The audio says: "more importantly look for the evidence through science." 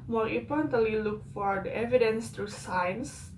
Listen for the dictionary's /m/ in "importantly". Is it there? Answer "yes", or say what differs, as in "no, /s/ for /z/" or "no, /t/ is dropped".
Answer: no, /m/ is dropped